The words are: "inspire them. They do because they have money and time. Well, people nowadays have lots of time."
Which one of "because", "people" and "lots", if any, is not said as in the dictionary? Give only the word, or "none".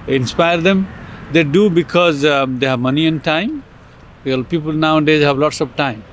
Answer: none